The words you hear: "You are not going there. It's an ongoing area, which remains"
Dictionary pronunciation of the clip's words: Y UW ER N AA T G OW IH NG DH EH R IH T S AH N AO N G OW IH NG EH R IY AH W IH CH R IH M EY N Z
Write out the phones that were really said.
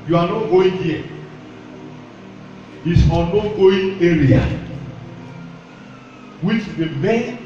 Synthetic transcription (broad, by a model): Y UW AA N AA T G OW IH NG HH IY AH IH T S AH N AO G OW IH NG EH R IY AH W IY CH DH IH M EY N